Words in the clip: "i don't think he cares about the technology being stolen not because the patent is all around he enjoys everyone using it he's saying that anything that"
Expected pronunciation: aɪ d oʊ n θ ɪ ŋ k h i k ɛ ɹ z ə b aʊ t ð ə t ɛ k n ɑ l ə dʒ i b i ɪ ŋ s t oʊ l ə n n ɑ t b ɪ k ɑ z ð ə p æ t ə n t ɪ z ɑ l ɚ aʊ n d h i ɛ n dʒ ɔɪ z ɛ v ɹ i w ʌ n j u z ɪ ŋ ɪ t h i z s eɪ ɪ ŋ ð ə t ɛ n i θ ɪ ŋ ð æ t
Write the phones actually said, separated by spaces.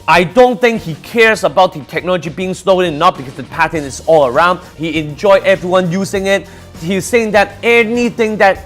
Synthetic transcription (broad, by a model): aɪ d oʊ n θ ɪ ŋ k h i k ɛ ɹ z ə b aʊ t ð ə t ɛ k n ɑ l ə dʒ i b i ɪ ŋ s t oʊ n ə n n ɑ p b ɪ k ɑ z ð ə p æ t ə n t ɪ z ɑ l ɚ aʊ n d h i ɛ n dʒ ɔɪ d ɛ v ɹ i w ʌ n j u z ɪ ŋ ɪ t h i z s eɪ ɪ ŋ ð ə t ɛ n i θ ɪ ŋ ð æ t